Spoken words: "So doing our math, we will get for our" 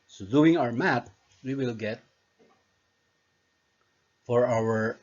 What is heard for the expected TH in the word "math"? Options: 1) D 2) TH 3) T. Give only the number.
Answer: 3